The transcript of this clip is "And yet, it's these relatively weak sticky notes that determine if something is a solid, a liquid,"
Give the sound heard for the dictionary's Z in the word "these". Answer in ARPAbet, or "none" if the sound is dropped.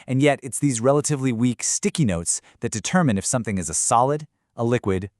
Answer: Z